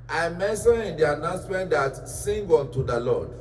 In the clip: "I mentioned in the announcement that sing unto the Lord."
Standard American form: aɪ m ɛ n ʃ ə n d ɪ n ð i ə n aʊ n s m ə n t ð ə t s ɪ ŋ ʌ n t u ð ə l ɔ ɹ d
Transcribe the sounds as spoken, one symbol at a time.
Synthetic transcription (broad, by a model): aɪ m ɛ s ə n ɪ n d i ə n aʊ n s m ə n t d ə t s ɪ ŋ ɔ n t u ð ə l ɔ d